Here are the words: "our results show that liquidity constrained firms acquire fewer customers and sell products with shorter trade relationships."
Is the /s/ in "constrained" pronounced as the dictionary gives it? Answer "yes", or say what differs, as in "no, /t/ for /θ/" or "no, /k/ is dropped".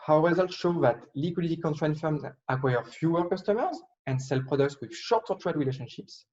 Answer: no, /s/ is dropped